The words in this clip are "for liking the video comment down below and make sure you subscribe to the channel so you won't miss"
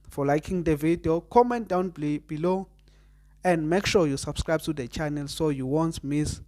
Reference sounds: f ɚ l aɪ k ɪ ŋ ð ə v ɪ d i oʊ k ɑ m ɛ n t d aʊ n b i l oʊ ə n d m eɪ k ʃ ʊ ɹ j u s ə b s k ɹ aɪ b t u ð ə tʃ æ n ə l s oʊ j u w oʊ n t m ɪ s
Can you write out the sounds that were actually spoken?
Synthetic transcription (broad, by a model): f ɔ l aɪ k ɪ ŋ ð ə v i d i oʊ k ɑ m ɛ n t d aʊ n b i l oʊ ə n d m eɪ k ʃ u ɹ j u s ə b s k ɹ aɪ b t u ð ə tʃ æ n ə l s oʊ j u w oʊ n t m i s